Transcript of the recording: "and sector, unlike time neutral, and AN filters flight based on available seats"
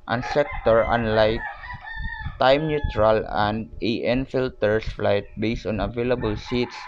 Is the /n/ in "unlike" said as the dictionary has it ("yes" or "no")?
yes